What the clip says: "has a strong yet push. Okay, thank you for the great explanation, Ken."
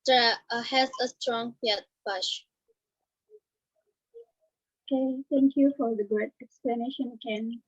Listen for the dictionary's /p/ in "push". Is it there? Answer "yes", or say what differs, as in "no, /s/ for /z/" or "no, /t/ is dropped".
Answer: no, /b/ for /p/